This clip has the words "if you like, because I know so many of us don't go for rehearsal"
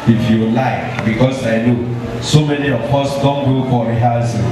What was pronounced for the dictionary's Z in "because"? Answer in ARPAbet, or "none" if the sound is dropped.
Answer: S